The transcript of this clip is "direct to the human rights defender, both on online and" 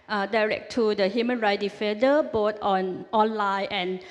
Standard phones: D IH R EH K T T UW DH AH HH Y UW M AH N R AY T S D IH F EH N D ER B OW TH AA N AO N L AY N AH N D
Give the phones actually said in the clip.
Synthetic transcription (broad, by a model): D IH R EH K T T UW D AH HH Y UW M AH N R AY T D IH F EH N D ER B OW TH AA N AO N L AY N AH N